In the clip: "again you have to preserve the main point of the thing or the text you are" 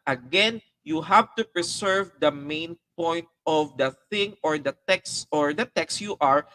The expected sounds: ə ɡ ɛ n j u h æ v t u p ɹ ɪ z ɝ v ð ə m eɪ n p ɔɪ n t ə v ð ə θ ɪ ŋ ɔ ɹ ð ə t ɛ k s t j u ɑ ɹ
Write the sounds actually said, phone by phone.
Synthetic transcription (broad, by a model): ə ɡ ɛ n j u h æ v t u p ɹ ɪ s ɝ v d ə m eɪ n p ɔɪ n t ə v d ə θ ɪ ŋ ɔ ɹ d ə t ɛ k s t j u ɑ ɹ